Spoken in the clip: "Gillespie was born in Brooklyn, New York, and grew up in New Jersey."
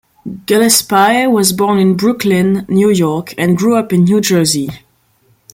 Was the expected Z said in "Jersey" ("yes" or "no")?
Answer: yes